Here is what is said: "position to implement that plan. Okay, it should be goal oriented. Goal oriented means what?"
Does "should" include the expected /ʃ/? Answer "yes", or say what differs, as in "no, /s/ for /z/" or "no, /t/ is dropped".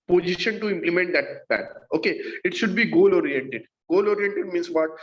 yes